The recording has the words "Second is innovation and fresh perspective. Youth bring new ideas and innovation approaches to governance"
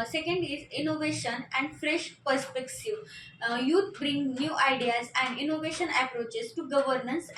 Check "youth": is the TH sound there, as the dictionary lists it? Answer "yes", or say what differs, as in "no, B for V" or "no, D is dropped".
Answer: no, T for TH